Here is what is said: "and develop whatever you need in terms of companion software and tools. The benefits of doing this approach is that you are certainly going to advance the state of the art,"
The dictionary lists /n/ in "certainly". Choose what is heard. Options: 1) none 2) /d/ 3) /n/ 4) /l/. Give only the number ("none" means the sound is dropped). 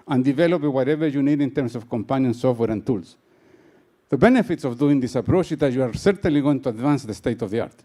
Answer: 3